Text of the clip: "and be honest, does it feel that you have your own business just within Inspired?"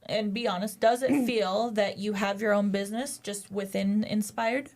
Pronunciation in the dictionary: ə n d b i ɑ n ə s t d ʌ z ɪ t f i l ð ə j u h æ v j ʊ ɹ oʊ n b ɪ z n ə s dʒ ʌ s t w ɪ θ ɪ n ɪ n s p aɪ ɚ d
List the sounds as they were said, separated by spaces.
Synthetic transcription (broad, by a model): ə n b i ɑ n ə s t d ʌ z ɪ t f i l ð ə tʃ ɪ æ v j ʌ ɹ oʊ n b ɪ z n ə s dʒ ʌ s t w ɪ θ ɪ n ɪ n s p aɪ ɚ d